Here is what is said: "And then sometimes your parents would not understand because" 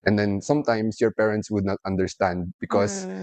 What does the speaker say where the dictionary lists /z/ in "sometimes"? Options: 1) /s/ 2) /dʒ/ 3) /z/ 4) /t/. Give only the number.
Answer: 1